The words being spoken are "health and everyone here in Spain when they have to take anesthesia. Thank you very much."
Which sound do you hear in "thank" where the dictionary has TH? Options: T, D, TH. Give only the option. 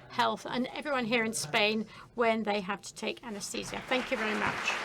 TH